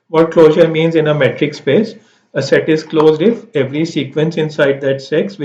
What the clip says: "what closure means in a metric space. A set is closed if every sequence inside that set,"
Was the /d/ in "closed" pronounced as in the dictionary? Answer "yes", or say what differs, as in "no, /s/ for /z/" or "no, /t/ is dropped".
yes